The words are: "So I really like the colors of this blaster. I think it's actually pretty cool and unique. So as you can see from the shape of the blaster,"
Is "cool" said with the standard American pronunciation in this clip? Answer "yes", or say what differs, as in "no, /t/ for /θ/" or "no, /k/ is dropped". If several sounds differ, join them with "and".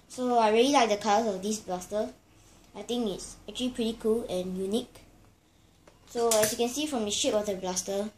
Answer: yes